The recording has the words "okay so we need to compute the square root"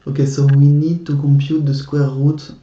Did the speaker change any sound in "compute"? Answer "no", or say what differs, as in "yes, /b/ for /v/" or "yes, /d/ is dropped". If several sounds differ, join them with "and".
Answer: yes, /m/ is dropped